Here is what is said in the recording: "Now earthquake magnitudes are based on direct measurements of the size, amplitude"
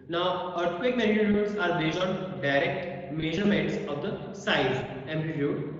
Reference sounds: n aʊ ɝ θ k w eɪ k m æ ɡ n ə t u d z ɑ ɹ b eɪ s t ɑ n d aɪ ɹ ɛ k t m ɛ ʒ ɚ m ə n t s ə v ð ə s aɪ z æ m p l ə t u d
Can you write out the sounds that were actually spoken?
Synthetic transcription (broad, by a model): n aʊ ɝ t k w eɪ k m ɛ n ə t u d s ɑ ɹ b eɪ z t ɑ n d aɪ ɹ ɛ k t m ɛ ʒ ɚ m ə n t s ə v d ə s aɪ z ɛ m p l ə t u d